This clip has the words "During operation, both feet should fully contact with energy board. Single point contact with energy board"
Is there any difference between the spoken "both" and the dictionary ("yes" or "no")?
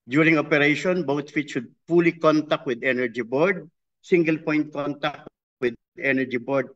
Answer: yes